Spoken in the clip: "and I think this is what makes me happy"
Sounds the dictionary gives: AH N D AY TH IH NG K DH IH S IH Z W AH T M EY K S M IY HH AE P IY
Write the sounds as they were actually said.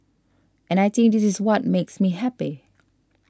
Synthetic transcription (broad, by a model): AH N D AY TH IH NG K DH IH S IH Z W AH T M EY K S M IY HH AE P IY